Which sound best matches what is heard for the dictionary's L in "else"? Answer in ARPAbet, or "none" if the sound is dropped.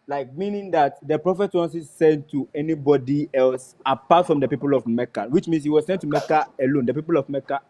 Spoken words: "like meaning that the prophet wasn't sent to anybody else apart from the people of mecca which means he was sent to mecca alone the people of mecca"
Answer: L